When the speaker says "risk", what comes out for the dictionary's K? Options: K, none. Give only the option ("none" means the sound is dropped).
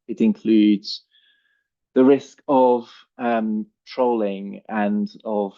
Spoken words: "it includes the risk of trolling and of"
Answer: K